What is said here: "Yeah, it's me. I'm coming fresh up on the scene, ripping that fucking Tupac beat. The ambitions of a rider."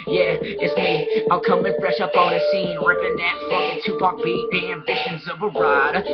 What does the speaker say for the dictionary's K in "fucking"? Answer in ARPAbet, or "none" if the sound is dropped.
none